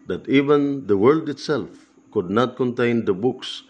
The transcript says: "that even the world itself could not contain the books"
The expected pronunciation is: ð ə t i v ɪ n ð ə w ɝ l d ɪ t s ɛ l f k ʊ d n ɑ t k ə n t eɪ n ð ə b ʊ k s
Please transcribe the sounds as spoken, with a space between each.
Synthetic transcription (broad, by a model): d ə t i v ɪ n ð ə w ɝ l d ɪ t s ɛ l f k ʊ d n ɑ t k ə n t eɪ n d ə b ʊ k s